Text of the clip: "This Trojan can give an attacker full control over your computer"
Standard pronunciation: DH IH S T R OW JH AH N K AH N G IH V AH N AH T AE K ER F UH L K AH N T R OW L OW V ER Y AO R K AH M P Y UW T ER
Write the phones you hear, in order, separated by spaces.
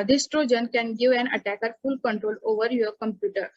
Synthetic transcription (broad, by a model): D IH S T R OW JH AH N K AH N G IH V AH N AH T AE K ER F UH L K AH N T R OW L OW V ER Y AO R K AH M P Y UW T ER